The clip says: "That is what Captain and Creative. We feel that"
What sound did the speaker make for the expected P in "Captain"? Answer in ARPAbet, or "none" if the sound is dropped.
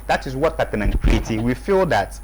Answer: none